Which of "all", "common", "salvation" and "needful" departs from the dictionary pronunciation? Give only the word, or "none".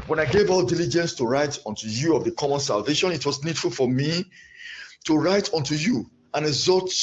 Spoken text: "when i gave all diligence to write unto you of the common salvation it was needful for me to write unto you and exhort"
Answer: none